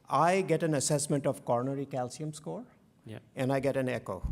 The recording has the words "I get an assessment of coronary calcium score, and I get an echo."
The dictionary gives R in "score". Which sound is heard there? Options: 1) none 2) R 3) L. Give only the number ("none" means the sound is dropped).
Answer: 2